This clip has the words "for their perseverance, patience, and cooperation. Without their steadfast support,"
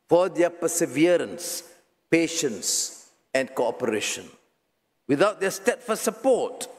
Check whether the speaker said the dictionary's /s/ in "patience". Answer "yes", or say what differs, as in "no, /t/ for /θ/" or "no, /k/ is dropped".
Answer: yes